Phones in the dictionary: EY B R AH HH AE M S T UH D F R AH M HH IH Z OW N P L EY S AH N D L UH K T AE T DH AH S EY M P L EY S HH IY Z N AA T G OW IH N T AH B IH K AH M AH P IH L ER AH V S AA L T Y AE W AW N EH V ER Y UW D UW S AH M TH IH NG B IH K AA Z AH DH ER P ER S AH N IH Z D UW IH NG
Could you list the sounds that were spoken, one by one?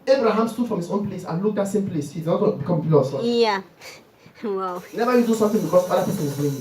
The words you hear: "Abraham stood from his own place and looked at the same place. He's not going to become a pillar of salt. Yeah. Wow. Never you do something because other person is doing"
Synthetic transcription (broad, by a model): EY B R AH HH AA M S T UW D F R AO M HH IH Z OW N P L EY S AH N L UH K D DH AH S EY M P L EY S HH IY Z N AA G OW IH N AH B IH K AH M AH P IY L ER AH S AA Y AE W AW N EH V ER Y UW D UW S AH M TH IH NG B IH K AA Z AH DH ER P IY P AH L IH Z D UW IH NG